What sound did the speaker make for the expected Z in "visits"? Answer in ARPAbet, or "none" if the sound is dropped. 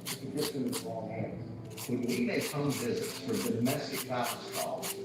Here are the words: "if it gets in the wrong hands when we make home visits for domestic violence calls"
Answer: Z